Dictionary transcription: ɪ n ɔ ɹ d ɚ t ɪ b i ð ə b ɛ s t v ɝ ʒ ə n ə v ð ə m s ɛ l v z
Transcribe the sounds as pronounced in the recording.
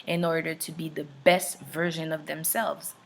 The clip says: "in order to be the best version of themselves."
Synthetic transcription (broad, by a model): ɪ n ɔ ɹ d ɚ t ɪ b i ð ə b ɛ s t v ɝ ʒ ə n ə v ð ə m s ɛ l v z